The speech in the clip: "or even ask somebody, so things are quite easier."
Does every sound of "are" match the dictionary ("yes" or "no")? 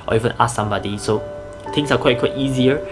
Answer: no